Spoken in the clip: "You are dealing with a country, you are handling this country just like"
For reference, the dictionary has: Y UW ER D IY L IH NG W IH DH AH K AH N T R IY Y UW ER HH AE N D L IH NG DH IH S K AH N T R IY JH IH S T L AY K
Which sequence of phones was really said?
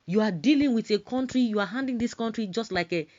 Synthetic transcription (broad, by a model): Y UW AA D IY L IH NG W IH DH AH K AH N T R IY Y UW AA HH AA N D IH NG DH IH S K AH N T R IY JH IH S T L AY K